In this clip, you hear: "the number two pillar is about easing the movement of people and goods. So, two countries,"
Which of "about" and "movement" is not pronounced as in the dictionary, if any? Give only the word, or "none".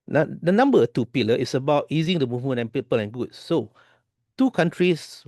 movement